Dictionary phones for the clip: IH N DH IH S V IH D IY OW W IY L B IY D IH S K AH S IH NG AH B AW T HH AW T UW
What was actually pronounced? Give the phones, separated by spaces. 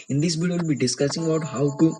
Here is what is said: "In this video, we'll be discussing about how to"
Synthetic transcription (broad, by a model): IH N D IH S B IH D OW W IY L B IY D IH S K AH S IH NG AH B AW T HH AW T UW